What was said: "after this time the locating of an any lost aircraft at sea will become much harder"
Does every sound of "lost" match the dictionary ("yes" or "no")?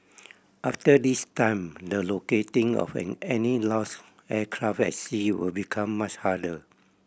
no